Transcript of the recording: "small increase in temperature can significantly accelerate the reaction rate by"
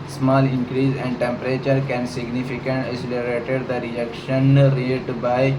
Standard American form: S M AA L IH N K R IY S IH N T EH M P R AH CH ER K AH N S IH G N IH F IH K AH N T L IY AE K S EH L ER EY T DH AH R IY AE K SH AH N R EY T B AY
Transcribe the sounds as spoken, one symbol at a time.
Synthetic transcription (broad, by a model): S M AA L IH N K R IY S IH N T EH M P R AH CH ER K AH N S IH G N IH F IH K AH N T IY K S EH L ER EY T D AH R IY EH K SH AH N R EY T B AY